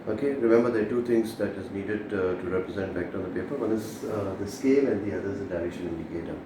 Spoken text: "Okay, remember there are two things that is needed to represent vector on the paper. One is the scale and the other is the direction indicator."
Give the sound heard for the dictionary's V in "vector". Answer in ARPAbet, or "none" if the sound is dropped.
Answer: B